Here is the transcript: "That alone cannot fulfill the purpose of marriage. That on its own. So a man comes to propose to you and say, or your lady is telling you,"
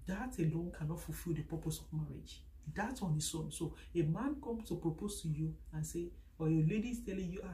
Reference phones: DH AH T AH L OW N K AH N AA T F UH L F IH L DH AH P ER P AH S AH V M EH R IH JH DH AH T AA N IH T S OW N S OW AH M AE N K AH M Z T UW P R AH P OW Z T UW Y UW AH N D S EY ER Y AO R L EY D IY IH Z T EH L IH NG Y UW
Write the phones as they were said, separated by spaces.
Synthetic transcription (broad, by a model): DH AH T AH L OW N K AH N AA T F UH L F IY L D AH P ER P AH S AH V M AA R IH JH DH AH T AA N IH S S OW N S OW AH M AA N K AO M S T UW P R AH P OW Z T UW Y UW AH N S EY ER Y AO L EY D IY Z T EH L IH NG Y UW